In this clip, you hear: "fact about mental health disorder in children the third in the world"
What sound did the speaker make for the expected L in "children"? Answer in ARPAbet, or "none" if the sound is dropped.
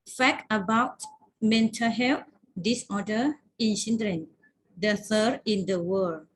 N